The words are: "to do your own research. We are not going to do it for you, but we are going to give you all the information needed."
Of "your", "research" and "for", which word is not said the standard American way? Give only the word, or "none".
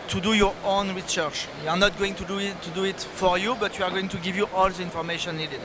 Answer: none